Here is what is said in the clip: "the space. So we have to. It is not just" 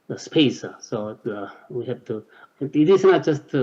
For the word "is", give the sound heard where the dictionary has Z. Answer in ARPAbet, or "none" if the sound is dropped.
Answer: S